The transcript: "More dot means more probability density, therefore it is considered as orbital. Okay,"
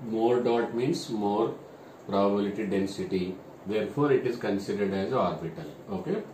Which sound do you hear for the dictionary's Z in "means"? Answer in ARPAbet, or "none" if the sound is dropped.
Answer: S